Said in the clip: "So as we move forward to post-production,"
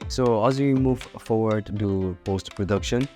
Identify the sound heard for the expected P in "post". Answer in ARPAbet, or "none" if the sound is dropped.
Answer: P